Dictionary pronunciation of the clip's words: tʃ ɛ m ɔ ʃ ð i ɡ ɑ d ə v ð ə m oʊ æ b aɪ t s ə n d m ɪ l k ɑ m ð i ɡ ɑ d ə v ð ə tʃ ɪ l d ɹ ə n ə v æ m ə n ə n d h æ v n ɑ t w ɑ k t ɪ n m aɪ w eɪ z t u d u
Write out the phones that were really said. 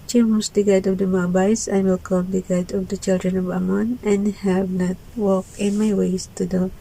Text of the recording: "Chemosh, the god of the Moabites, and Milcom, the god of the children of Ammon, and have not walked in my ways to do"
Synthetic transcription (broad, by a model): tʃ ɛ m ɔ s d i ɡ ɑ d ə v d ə m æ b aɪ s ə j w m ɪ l k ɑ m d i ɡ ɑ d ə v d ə tʃ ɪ l d ɹ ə n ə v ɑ m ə n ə n h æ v n ɑ t w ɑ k ɪ n m aɪ w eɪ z t u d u